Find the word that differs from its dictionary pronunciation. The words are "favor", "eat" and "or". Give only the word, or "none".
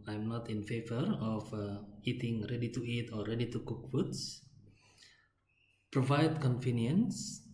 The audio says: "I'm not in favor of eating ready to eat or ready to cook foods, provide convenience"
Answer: or